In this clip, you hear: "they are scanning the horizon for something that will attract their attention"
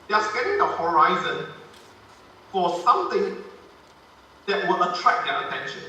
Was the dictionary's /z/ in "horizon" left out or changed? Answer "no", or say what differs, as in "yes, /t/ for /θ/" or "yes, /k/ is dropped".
no